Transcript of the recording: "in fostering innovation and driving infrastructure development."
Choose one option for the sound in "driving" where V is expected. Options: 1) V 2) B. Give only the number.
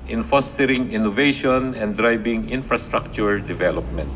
2